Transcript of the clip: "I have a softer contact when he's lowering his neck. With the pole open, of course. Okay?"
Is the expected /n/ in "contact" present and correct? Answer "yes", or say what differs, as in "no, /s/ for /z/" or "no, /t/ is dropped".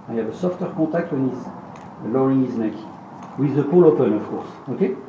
no, /n/ is dropped